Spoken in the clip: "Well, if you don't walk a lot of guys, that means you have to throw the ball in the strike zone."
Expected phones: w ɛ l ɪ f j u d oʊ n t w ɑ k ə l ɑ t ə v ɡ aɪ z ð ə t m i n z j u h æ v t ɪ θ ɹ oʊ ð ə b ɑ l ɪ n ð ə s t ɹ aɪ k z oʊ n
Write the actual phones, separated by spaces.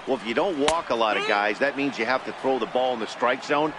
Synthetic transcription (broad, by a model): w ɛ l ɪ f j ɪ d oʊ n t w ɑ k ə l ɑ t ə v ɡ aɪ z ð ə t m i n z j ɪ h æ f t ɪ θ ɹ oʊ ð ə b ɑ l ɪ n ð ə s t ɹ aɪ k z oʊ n